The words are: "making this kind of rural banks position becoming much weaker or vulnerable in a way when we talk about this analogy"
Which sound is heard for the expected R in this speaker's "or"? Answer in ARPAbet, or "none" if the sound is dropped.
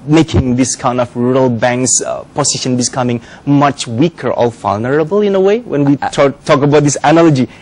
L